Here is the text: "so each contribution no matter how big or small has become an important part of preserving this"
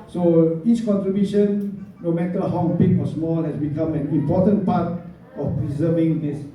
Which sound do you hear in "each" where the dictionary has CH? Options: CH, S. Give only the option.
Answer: S